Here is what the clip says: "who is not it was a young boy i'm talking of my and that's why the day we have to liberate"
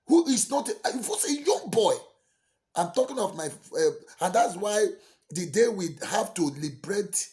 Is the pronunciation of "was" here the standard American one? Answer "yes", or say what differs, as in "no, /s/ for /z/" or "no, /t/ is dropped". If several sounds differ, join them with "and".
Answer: no, /s/ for /z/